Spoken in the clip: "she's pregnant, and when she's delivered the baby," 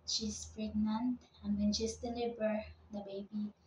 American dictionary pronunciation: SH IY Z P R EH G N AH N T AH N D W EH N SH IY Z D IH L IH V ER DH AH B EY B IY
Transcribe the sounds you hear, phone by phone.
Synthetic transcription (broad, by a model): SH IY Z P R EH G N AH N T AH N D W EH N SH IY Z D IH L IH B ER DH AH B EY B IY